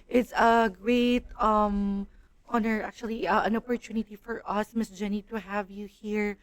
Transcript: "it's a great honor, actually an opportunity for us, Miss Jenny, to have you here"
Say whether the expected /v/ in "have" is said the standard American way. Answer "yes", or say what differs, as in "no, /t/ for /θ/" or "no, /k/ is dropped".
yes